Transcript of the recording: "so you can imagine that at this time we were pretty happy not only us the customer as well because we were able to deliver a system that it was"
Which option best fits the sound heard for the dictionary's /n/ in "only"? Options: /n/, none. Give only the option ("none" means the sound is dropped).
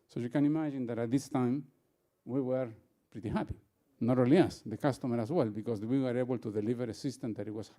none